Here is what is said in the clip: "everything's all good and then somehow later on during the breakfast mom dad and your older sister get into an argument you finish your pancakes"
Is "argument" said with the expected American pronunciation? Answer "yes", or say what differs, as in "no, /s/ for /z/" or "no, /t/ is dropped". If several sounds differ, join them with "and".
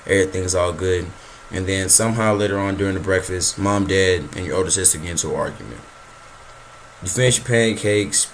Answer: yes